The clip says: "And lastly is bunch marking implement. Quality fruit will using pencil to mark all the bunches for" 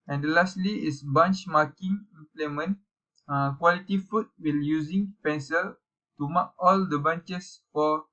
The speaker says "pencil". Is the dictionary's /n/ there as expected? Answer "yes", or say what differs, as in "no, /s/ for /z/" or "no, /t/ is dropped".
yes